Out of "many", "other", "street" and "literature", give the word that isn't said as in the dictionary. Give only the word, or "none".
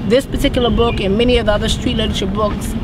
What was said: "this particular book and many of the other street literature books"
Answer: literature